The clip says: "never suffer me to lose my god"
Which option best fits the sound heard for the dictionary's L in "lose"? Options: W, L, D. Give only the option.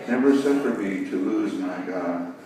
L